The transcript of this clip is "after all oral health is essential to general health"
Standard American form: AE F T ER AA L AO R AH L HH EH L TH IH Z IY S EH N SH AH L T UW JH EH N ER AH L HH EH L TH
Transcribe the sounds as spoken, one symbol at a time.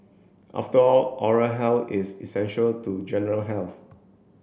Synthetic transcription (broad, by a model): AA F T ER AA L AO R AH HH EH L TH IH S IY S EH N SH AH L T UW JH EH N ER AH L HH EH L TH